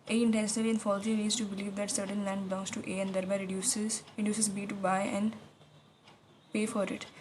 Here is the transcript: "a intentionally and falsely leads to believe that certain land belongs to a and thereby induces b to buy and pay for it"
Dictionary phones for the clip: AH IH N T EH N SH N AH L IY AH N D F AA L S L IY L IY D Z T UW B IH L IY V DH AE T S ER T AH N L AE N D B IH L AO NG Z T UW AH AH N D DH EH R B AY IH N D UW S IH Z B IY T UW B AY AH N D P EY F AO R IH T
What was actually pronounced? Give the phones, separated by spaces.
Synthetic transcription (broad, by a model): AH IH N T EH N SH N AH L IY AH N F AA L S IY N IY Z T UW B IH L IY V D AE T S ER T AH N L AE N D B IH L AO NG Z T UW AH AH N D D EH R B AY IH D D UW S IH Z B IY T UW B AY AH N D P EY F AO R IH T